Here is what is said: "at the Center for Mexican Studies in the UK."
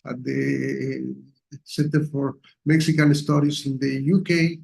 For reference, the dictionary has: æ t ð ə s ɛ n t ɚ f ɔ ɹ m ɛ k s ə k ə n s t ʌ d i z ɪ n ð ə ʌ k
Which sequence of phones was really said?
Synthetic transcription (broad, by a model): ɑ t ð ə s ɛ n t ɚ f ɔ ɹ m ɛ k s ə k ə n s t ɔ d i s ɪ n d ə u k